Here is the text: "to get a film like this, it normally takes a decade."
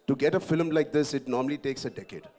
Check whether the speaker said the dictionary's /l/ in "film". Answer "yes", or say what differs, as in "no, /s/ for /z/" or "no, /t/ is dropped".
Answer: yes